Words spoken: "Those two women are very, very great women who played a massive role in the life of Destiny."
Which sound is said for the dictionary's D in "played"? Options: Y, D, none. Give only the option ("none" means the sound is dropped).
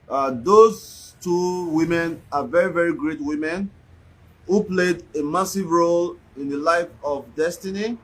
D